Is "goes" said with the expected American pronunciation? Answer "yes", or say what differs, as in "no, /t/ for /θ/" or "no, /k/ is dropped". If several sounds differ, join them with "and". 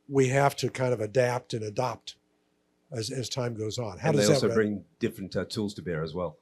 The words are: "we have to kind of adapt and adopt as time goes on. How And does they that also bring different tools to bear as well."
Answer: yes